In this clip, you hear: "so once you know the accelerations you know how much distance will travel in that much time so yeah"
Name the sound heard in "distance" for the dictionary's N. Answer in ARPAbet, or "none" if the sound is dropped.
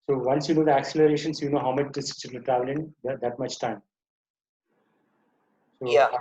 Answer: none